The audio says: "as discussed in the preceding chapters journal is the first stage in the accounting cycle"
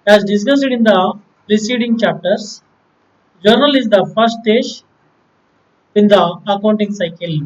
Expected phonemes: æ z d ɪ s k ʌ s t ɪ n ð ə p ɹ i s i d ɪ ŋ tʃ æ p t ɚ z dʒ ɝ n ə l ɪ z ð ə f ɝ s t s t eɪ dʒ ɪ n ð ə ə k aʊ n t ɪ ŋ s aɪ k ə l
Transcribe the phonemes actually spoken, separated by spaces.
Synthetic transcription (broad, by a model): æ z d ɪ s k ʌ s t ɪ n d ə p ɹ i s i d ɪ ŋ tʃ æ p t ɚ s dʒ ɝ n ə l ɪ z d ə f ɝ t s t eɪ ʃ ɪ n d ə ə k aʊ n t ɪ ŋ s aɪ k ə l